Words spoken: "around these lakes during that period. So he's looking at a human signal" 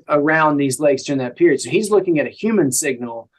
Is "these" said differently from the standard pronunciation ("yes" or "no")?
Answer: no